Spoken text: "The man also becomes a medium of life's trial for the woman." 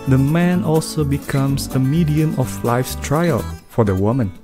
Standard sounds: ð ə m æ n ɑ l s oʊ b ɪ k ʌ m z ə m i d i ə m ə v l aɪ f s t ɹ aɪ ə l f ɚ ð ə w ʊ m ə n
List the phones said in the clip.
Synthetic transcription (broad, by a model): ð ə m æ n ɑ l s oʊ b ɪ k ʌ m s ə m i d i ə m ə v l aɪ f s t ɹ aɪ ə l f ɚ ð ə w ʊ m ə n